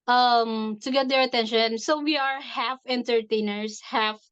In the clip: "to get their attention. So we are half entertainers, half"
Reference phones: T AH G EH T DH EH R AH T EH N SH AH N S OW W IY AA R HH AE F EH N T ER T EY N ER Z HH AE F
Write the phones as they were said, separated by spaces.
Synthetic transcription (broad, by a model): T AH G EH T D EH R AH T EH N SH AH N S OW W IY AA R HH AE F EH N T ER T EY N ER S HH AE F